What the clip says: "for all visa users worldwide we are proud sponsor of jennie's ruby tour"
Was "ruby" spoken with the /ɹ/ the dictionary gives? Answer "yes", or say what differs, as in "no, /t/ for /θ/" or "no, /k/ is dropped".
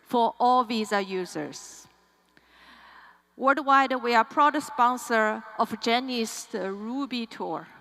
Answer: yes